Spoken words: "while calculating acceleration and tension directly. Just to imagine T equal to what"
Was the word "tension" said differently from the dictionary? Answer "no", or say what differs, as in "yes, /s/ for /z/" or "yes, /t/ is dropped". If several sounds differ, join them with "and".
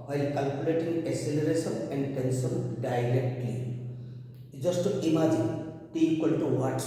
yes, /s/ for /ʃ/